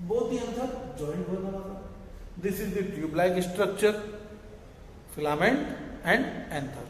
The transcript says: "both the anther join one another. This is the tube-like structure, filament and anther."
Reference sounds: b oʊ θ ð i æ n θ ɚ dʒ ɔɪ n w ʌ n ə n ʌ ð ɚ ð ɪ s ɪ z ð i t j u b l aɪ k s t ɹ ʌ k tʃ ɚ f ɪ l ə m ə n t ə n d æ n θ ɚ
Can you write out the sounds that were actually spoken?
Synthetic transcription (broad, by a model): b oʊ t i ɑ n s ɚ dʒ ɔɪ n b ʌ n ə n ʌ ɚ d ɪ s ɪ z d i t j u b l aɪ k s t ɹ ʌ k tʃ ɚ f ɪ l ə m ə n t ə n d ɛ n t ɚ